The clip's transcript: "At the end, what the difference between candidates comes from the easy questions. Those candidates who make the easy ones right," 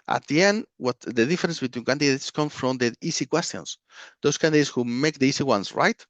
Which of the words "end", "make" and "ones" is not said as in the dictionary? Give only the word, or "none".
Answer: ones